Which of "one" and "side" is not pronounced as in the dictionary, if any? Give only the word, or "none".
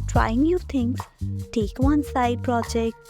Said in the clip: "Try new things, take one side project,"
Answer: none